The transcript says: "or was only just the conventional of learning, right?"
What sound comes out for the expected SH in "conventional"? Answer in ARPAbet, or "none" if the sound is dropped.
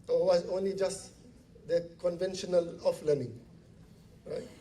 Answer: SH